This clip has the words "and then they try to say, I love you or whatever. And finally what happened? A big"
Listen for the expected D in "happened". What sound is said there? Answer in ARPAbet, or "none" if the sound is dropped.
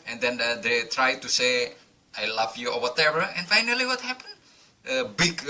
none